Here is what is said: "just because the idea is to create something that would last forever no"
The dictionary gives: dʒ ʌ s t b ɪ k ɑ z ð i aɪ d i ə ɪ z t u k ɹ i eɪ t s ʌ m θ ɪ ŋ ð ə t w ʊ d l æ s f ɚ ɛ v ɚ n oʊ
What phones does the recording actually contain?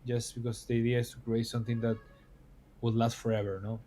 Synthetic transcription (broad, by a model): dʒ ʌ s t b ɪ k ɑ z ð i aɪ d i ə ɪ s t u k ɹ i eɪ t s ʌ m θ ɪ ŋ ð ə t w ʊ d l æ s f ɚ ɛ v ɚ n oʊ